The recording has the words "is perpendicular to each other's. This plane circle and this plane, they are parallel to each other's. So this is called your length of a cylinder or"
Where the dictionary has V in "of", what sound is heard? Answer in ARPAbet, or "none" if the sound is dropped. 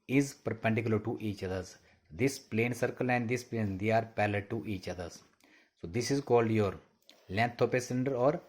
P